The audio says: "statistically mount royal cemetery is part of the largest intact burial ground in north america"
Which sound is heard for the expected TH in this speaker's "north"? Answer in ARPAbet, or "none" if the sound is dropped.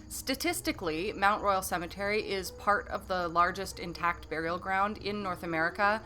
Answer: TH